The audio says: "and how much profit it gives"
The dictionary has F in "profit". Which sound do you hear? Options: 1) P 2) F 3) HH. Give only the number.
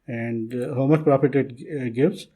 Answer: 1